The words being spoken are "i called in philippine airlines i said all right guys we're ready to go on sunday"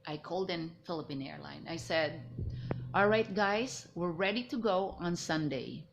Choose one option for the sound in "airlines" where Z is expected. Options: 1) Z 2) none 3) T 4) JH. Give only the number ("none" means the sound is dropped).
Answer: 2